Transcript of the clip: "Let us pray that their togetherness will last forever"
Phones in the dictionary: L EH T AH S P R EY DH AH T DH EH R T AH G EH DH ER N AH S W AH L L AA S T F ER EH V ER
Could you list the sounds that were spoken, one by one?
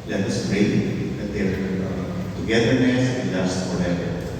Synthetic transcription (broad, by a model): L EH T AH S B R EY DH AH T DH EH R T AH G EH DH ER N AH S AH N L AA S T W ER EH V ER